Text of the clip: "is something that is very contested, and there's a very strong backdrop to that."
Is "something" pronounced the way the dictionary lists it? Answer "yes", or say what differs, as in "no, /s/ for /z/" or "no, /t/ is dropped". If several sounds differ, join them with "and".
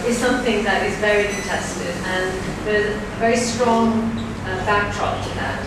yes